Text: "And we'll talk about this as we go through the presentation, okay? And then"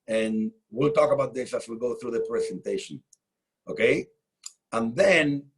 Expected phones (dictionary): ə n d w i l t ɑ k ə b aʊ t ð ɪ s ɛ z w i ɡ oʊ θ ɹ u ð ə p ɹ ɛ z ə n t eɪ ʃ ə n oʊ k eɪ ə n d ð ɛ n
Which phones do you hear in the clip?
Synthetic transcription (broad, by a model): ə n w i l t ɑ k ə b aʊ t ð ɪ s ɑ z w i ɡ oʊ θ ɹ u ð ə p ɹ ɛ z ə n t eɪ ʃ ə n oʊ k eɪ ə n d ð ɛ n